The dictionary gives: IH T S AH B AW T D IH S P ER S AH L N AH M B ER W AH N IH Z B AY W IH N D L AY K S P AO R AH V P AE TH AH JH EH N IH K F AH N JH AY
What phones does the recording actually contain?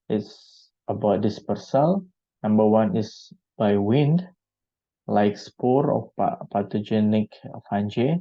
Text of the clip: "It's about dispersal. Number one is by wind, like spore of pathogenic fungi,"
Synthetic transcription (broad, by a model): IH T S AH B AW T D IH S P ER S AH L N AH M B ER W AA N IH S B AY W IH N D L AY K S P AO R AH P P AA T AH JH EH N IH K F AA N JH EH